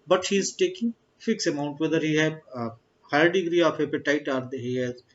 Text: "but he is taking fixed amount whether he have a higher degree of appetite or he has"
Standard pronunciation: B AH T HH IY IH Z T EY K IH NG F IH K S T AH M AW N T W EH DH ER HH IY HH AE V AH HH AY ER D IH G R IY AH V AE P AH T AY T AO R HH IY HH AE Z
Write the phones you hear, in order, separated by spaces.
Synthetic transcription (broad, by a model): B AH T HH IY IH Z T EY K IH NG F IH K S AH M AW N T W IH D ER HH IY HH AH HH AY ER D IH G R IY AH P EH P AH T AY T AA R HH IY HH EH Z